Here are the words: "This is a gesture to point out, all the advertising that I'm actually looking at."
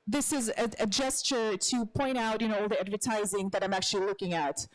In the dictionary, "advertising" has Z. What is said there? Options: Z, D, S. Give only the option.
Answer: Z